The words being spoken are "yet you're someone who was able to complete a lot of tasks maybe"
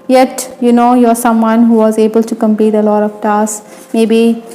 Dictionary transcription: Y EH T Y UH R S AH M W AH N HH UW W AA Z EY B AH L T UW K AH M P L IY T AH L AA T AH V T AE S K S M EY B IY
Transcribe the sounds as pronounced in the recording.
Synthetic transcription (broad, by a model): Y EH T Y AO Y S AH M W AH N HH UW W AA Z EY B AH L T UW K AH M P IY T AH L AA T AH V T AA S S M EY B IY